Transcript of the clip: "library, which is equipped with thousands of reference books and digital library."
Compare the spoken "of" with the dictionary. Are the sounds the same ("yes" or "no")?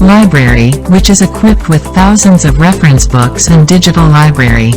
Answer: yes